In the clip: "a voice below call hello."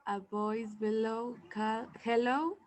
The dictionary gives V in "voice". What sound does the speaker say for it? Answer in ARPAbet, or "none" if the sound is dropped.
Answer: B